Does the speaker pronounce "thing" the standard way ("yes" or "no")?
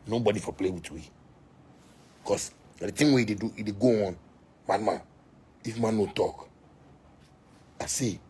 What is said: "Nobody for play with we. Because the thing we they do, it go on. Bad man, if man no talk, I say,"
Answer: no